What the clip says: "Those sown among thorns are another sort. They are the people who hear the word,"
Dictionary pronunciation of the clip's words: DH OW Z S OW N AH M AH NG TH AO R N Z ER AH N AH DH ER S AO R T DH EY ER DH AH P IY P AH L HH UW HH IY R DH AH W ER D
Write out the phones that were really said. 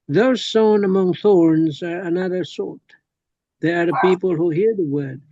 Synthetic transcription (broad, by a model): DH OW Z S OW N AH M AH NG TH AO R N Z ER AH N AH DH ER S AO R T DH EY ER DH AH P IY P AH L HH UW HH IY R DH AH W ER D